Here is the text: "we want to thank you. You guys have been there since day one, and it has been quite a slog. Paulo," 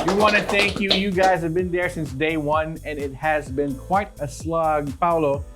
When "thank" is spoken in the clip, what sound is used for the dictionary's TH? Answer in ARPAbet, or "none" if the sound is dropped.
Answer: TH